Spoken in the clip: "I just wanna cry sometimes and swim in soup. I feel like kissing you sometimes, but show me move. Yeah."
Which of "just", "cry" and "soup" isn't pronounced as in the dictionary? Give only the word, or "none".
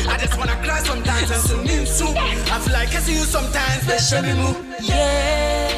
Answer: soup